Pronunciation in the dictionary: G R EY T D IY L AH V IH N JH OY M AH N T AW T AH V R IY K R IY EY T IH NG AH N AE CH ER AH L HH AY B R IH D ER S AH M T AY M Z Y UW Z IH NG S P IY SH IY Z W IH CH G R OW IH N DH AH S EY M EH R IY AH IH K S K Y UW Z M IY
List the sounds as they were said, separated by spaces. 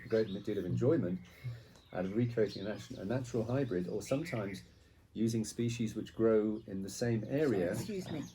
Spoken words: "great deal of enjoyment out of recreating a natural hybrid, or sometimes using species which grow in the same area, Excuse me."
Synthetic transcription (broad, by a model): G R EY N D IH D AH V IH N JH OY M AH N T AW T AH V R IY K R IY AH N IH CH AH N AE CH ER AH L HH AY B R IH D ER S AH M T AY M Z Y UW Z IH NG S P IY SH IY Z W IH CH G R OW IH N DH AH S EY M EH R IY AH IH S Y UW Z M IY